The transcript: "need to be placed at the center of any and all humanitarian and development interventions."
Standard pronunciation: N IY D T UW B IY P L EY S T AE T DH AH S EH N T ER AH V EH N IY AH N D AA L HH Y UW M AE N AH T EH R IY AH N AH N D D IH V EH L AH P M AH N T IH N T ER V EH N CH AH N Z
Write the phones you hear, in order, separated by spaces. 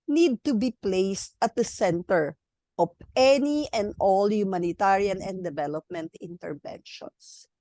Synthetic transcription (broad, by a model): N IY D T UW B IY P L EY S T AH T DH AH S EH N T ER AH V EH N IY AH N D AA L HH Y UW M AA N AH T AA R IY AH N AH N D D IH V EH L AH P M AH N T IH N T ER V EH N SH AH N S